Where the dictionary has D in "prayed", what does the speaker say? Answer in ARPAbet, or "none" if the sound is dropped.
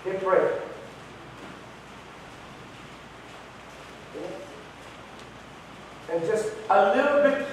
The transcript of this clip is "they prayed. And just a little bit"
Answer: none